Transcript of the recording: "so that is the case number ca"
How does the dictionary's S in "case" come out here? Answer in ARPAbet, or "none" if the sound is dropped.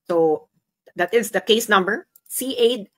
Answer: S